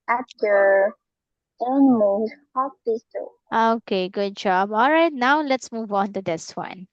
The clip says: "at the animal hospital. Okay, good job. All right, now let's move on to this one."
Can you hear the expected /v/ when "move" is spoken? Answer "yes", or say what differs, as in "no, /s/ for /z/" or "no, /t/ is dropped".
yes